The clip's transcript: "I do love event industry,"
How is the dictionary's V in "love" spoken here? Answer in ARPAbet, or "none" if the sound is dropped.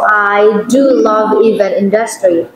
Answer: V